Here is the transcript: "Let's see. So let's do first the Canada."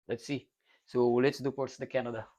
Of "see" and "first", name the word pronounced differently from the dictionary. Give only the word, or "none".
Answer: first